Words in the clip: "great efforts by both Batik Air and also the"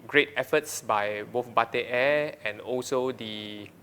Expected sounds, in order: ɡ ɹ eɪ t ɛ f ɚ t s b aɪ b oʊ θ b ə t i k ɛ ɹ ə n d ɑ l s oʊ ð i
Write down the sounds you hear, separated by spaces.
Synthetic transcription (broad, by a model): ɡ ɹ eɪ t ɛ f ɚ t s b aɪ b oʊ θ b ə t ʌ ɛ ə n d ɑ l s oʊ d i